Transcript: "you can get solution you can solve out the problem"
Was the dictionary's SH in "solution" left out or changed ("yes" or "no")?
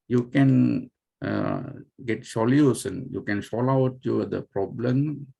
yes